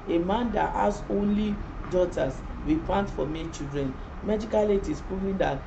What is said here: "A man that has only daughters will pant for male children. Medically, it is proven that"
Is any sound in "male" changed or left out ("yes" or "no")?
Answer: yes